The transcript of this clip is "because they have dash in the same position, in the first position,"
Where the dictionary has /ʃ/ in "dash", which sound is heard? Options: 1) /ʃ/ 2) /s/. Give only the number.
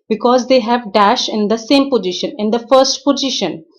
1